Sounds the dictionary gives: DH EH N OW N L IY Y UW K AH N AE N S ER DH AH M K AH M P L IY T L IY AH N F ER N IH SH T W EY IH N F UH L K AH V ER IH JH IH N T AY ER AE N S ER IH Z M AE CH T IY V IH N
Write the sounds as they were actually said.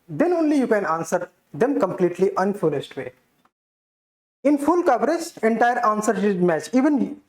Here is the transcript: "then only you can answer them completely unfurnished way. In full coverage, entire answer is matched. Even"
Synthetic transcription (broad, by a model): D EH N OW N L IY Y UW K AH N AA N S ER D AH M K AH M P L IY T L IY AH N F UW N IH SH T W EY IH N F UH L K AH V ER IH JH IH N T AY ER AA N S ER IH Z M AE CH IY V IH N